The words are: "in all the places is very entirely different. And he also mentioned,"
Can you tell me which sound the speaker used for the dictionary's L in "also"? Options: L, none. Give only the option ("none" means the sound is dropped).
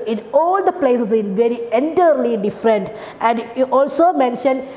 L